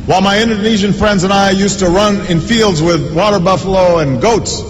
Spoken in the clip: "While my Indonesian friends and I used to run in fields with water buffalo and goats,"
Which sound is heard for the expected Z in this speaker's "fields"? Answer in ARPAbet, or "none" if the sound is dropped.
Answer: Z